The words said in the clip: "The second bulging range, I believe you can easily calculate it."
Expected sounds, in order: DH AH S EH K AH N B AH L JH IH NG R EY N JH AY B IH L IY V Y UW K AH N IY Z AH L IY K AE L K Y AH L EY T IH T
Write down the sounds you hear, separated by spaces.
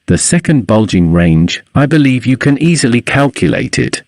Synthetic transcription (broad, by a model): DH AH S EH K AH N B AH L JH IH NG R EY N JH AY B IH L IY V Y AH K AH N IY Z AH L IY K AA L K Y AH L EY T IH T